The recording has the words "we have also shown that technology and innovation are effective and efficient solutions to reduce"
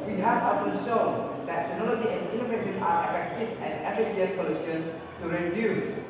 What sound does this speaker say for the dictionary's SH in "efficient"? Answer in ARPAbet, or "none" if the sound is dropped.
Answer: S